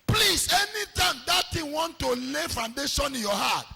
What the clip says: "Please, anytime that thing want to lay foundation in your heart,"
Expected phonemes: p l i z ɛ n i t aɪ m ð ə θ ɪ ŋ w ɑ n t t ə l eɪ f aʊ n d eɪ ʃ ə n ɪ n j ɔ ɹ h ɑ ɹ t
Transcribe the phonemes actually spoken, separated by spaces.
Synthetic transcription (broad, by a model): p l i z ɛ n i t aɪ m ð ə t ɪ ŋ w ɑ n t t ə l eɪ f aʊ n d eɪ ʃ ə n ɪ n j ɔ h ɑ t